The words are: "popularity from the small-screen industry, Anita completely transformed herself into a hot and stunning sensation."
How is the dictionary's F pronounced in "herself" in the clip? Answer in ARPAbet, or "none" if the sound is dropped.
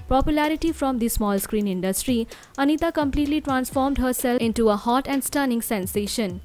none